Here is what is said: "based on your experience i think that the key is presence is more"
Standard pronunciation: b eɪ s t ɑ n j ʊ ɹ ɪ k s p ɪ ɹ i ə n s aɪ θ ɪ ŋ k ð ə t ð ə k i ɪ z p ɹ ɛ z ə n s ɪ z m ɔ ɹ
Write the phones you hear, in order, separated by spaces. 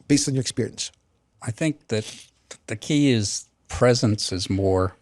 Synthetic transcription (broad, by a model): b eɪ s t n j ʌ ɹ ɪ k s p ɪ ɹ i ə n s aɪ θ ɪ ŋ k ð ə t ð ə k i ɪ z p ɹ ɛ z ə n s ɪ z m ɔ ɹ